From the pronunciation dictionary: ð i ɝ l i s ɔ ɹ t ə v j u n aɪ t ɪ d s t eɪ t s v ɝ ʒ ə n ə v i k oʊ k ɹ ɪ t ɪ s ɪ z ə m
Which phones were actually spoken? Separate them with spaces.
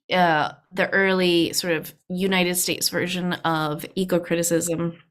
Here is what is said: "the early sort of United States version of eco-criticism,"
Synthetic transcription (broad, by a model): ð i ɝ l i s ɔ ɹ t ə v j u n aɪ t ɪ d s t eɪ t s v ɝ ʒ ə n ə v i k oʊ k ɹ ɪ t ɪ s ɪ z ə m